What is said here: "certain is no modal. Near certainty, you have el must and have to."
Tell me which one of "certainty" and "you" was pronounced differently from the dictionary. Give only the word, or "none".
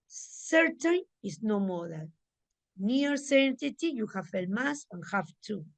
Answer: certainty